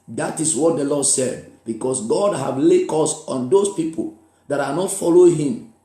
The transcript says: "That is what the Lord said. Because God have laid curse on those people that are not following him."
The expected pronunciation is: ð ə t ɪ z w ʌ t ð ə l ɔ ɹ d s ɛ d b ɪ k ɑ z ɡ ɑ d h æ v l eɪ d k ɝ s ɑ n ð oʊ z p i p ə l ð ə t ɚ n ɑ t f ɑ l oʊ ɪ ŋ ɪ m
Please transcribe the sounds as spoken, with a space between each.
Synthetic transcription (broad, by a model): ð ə t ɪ s w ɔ t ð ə l ɔ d s ɛ d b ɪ k ɑ s ɡ ɑ d h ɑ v l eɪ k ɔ s ɑ n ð oʊ s p i p ə l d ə t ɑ n ɑ t f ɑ l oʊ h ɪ m